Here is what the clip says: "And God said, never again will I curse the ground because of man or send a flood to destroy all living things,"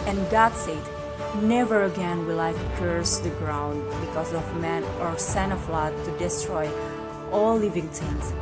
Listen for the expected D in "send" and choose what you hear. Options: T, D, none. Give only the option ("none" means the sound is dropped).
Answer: none